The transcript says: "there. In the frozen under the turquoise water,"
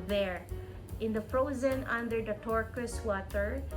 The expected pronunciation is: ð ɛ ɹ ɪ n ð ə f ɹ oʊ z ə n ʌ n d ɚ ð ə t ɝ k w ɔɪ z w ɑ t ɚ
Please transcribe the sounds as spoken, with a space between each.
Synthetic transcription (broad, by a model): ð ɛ ɹ ɪ n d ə f ɹ oʊ z ə n ʌ n d ɚ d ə t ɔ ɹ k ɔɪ s w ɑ t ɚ